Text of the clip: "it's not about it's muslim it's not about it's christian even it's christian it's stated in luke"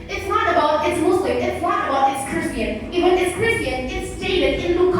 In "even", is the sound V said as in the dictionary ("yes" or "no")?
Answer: no